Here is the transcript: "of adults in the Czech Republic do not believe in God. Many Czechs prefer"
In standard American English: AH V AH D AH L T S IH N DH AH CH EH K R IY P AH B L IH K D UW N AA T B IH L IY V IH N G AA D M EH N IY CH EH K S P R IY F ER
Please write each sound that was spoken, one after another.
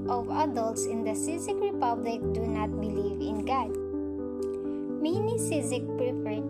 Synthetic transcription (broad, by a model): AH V AH D AH L T S IH N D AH S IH K R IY P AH B L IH K D UW N AA T B IH L IY V IH N G AA D M EH N IY S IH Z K P R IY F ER